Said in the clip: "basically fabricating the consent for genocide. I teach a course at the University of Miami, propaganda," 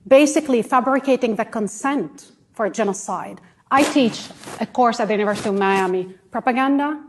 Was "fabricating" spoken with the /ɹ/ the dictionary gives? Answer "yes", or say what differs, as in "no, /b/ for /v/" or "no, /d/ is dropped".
yes